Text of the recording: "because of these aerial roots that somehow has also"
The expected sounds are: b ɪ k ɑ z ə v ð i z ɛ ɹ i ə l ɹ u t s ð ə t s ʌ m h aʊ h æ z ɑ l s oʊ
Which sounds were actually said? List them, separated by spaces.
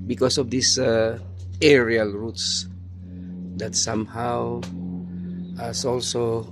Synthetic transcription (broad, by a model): b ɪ k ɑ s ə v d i s ɛ ɹ i ə l ɹ u t s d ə t s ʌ m h aʊ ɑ s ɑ l s oʊ